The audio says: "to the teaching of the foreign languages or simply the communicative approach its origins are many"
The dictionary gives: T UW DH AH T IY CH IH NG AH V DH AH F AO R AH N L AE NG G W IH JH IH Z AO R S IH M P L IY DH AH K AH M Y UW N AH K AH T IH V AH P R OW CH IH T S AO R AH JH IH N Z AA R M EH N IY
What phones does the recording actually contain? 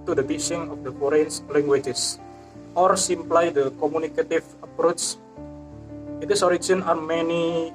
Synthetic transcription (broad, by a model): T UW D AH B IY S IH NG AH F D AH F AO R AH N L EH NG G W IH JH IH S AO R S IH M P L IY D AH K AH M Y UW N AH K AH T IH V AH P R OW CH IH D S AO R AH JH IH N AA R M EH N IY